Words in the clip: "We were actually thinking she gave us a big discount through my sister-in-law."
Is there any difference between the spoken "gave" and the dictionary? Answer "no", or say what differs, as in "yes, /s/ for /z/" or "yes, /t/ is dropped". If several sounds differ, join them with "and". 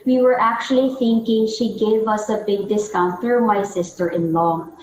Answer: no